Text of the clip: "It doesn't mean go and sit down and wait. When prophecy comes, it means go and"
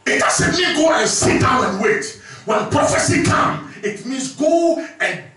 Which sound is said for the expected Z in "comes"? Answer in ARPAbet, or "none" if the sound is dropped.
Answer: none